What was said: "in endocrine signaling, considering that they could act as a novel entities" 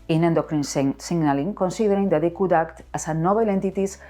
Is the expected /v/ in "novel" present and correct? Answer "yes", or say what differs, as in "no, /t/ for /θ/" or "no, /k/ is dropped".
no, /b/ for /v/